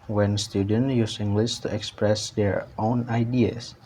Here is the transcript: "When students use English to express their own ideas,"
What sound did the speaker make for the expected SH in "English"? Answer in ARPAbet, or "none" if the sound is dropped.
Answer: S